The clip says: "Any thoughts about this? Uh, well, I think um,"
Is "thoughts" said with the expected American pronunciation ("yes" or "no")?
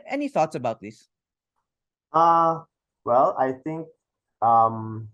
yes